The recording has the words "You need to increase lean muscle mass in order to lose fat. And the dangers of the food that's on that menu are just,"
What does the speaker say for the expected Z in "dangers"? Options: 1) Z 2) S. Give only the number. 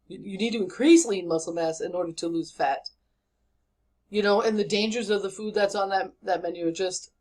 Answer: 1